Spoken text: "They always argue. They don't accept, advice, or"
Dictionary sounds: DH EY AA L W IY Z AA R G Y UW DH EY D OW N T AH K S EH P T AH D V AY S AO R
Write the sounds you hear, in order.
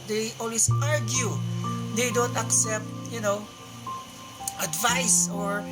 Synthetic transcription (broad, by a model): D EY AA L W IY S AA R G Y UW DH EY D OW N T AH K S EH P T AH D V AY S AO R